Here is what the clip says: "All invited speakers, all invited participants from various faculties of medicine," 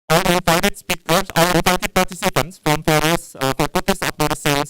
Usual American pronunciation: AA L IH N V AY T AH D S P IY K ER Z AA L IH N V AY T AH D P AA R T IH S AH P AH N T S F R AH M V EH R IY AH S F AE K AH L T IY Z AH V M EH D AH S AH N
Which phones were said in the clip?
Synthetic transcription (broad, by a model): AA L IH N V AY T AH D S P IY K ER S AA L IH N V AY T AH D P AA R T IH S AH P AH N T S F R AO M F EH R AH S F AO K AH T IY S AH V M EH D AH S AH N